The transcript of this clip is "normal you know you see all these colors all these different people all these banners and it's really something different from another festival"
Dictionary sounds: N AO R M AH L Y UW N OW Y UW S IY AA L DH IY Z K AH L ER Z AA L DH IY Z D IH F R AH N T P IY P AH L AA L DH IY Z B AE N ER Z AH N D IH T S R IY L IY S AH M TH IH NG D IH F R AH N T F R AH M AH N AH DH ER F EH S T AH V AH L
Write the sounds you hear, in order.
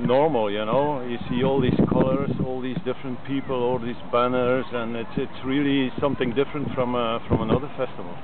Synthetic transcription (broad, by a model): N AO R M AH L Y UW N OW Y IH S IY AA L DH IY Z K AH L ER Z AA L DH IY Z D IH F R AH N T P IY P AH L AA L DH IY Z B AE N ER Z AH N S IH T S R IY L IY S AH M TH IH NG D IH F R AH N T F R AH M AH N AH DH ER F EH S T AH V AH L